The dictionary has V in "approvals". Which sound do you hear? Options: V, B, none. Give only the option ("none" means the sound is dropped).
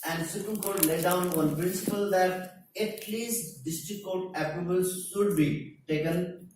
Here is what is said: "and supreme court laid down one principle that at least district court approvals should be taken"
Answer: B